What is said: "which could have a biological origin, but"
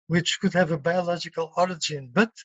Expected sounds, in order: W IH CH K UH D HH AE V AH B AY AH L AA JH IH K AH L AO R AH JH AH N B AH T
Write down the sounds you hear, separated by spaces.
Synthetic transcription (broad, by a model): W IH CH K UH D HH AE V AH B AY AH L AA JH IH K AH L AO R AH JH AH N B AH T